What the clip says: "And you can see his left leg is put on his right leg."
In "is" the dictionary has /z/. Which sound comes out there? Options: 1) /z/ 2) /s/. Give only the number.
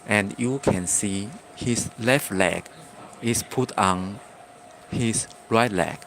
2